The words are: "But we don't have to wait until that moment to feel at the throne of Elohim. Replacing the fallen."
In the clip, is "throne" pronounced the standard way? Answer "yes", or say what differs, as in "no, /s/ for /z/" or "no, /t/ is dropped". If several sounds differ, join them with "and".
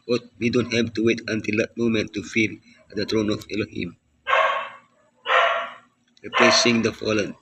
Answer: no, /t/ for /θ/